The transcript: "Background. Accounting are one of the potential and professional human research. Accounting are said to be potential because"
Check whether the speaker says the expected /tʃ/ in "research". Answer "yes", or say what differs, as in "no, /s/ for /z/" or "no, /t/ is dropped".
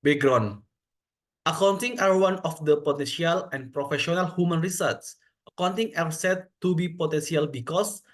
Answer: no, /s/ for /tʃ/